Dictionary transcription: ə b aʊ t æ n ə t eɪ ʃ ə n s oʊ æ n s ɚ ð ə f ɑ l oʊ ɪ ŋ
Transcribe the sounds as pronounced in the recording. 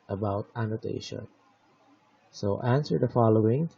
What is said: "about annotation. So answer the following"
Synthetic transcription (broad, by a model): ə b aʊ t æ n ə t eɪ ʃ ə n s oʊ æ n s ɚ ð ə f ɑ l oʊ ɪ ŋ